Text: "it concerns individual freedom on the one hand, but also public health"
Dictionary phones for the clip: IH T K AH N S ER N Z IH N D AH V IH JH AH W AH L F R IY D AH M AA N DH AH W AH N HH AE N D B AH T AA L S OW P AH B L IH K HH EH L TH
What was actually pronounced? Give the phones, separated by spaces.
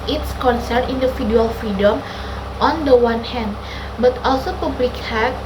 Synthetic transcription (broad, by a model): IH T K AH N S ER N IY N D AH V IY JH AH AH L F R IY D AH M AA N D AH W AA N HH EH N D B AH T AA L S OW P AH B L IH K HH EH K